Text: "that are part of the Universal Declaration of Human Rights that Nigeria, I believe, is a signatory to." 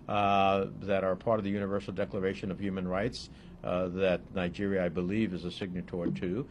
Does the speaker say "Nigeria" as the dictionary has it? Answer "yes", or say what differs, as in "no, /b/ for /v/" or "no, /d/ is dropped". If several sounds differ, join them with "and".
yes